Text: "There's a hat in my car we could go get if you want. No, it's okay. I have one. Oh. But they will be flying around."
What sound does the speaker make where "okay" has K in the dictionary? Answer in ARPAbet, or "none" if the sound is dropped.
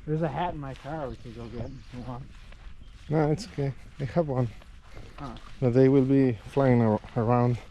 none